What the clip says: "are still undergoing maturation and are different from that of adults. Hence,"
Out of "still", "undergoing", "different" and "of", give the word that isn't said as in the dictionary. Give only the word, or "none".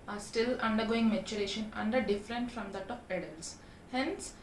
of